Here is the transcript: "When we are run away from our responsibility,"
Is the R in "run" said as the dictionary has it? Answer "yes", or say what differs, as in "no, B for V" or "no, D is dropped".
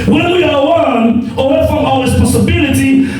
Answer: no, W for R